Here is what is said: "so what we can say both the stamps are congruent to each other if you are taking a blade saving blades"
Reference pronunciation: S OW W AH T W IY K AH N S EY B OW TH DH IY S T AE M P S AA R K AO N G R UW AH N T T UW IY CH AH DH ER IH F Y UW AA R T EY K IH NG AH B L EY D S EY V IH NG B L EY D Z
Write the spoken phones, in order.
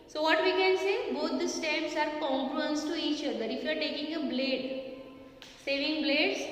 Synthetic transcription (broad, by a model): S OW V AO T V IY K AH N S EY B OW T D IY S T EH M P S AA R K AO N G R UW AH N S T UW IY CH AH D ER IH F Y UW AA R T EY K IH NG AH B L EY D S EY V IH NG B L EY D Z